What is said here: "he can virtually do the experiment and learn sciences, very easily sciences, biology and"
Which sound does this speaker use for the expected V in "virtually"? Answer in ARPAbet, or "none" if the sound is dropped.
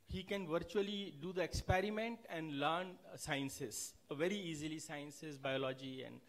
V